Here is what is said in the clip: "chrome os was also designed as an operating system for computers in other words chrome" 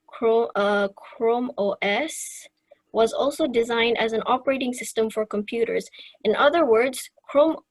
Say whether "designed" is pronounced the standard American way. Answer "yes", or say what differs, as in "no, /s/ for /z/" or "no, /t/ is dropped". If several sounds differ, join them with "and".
yes